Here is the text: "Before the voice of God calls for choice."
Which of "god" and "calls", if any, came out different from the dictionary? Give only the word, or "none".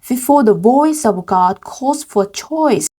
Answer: calls